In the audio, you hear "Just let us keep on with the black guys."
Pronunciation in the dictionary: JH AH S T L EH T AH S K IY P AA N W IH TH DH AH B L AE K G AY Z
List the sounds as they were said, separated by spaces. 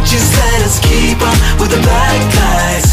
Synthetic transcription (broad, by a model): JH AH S T L EH T AH S K IY P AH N W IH DH AH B AE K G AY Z